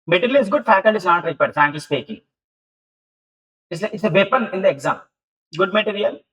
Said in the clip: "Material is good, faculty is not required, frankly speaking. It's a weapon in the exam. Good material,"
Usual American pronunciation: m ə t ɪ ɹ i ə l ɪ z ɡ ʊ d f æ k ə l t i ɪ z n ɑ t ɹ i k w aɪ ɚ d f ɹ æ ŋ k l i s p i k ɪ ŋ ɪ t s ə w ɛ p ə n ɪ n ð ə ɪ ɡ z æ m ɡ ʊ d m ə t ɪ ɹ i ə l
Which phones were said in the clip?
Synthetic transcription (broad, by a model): m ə t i ɹ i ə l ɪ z ɡ ʊ d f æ k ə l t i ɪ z n ɑ t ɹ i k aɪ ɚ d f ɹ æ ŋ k i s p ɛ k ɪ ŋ ɪ t s ə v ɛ p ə n ɪ n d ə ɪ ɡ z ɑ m ɡ ʊ d m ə t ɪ ɹ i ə l